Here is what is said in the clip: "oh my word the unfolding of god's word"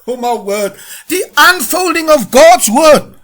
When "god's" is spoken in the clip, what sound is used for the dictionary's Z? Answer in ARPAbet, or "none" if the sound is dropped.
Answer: Z